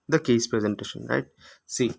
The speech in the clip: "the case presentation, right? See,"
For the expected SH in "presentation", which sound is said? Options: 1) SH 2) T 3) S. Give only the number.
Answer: 1